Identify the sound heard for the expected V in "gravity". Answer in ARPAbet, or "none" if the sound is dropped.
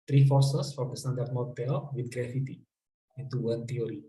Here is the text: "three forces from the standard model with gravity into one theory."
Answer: F